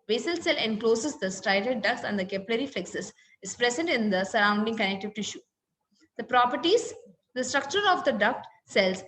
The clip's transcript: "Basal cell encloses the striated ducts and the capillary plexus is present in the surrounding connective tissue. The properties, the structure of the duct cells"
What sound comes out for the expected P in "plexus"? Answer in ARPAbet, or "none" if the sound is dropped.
F